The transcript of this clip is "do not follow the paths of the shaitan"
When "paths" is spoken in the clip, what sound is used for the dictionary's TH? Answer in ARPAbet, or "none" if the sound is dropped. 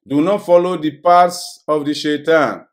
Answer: T